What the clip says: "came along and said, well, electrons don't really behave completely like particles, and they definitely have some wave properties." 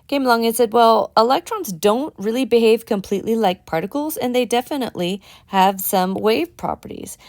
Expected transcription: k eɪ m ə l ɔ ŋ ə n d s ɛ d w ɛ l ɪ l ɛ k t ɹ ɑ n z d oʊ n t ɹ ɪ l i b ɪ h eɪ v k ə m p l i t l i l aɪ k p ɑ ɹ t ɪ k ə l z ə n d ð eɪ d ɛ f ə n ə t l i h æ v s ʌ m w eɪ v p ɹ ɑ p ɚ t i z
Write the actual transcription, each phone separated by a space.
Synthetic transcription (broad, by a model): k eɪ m l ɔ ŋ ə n s ɛ d w ɛ l ɪ l ɛ k t ɹ ɑ n z d oʊ n t ɹ ɪ l i b ɪ h eɪ v k ə m p l i t l i l aɪ k p ɑ ɹ t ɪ k l z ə n ð eɪ d ɛ f ə n ə t l i h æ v s ʌ m w eɪ v p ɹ ɑ p ɚ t i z